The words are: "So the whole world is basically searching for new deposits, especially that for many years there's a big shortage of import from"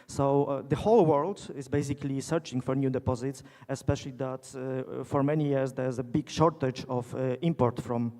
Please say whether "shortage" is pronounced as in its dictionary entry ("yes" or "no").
yes